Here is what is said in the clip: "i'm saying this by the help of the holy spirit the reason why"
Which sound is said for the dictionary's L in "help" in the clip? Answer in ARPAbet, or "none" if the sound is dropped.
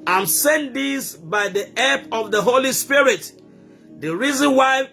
none